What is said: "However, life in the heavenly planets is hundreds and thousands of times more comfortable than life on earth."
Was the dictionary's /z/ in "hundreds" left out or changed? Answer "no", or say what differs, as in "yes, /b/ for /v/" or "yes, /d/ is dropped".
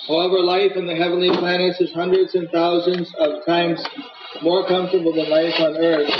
no